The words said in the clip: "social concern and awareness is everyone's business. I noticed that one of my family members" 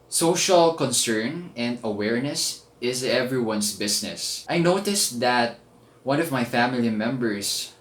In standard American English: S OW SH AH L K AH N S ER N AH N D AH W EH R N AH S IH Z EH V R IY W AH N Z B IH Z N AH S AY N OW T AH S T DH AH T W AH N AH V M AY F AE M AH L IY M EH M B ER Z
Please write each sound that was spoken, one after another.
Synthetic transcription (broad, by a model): S OW SH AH L K AH N S ER N AH N D AH W EH R N AH S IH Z EH V R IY W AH N S B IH S N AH S AY N OW T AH S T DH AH T W AH N AH V M AY F AE M AH L IY M EH M B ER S